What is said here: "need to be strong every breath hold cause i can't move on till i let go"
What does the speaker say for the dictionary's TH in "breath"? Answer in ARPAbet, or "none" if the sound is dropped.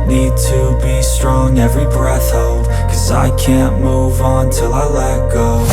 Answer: TH